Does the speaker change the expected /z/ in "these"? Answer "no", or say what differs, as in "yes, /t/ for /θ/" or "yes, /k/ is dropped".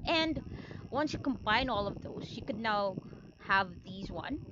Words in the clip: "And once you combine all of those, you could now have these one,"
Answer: no